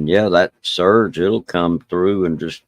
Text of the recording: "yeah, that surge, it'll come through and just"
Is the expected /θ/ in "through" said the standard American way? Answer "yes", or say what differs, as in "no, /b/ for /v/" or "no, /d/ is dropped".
yes